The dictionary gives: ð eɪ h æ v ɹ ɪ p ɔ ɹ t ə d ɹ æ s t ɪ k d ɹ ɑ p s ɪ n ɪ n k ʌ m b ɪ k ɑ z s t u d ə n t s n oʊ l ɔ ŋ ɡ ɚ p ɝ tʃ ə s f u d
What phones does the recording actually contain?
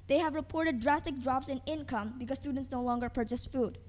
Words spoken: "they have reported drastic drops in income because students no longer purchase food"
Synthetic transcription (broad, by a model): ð eɪ h æ v ɹ ɪ p ɔ ɹ t ə d ɹ æ s t ɪ k d ɹ ɑ p s ɪ n ɪ n k ʌ m b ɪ k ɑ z s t u d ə n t s n oʊ l ɔ ŋ ɡ ɚ p ɝ tʃ ə s f u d